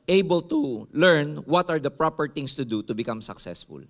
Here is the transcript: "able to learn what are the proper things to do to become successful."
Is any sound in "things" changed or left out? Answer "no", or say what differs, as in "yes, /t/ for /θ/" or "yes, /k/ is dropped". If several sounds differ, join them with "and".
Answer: yes, /t/ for /θ/ and /s/ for /z/